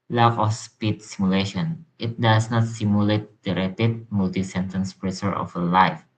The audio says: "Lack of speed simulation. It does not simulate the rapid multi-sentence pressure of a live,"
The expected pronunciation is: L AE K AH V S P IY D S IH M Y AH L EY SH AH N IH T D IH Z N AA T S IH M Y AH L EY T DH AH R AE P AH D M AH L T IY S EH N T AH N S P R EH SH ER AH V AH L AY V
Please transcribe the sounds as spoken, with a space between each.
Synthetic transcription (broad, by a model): L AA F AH F S P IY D S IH M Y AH L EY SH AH N IH T D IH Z N AA T S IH M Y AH L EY T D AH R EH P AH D M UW L T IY S EH N T AH N S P R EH S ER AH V AH L AY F